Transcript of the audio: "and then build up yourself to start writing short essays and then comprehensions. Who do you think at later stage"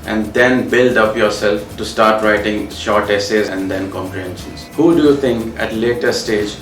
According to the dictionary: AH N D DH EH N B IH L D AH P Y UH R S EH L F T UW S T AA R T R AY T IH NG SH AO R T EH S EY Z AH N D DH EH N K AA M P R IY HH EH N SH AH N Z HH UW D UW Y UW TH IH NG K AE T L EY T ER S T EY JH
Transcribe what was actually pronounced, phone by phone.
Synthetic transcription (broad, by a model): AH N D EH N B IH L D AH P Y UH R S EH L F T UW S T AA R T R AY T IH NG SH AO R T EH S EY Z AH N D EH N K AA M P R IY HH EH N SH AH N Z HH UW D UW Y UW T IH NG K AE T L EY T ER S T EY JH